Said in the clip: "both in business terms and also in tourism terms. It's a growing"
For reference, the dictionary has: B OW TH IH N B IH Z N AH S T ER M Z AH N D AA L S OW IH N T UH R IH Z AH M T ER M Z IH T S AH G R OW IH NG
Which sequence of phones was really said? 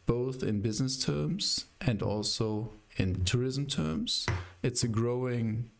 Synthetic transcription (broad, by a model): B OW TH IH N B IH Z N AH S T ER M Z AH N D AA L S OW IH N T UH R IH Z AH M T ER M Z IH T S AH G R OW IH NG